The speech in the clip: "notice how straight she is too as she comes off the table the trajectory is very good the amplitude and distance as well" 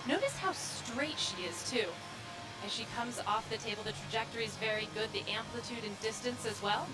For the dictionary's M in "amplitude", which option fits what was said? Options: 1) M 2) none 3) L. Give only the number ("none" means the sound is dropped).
1